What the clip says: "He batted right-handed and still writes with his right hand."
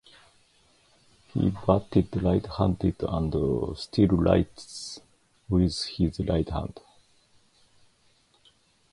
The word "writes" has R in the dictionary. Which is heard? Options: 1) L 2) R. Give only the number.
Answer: 1